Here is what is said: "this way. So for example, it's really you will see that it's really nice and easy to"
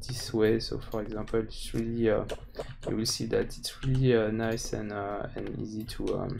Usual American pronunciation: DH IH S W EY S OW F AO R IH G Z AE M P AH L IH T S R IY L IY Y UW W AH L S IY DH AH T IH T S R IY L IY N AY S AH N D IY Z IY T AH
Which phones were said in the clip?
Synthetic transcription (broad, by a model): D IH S W EY S OW F AO R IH G Z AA P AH L IH T S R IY L IY Y UW W AH L S IY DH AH T IH T S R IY L IY N AY S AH N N IY Z IY T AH